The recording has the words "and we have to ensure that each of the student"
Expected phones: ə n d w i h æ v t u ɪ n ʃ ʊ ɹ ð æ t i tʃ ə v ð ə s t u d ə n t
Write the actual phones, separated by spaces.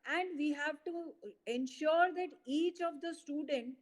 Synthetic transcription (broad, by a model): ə n d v i h æ v t u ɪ n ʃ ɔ ɹ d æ t i tʃ ə v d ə s t u d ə n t